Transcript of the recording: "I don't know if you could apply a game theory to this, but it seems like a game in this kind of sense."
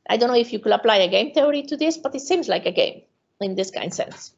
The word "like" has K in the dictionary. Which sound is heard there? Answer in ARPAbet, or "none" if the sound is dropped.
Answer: K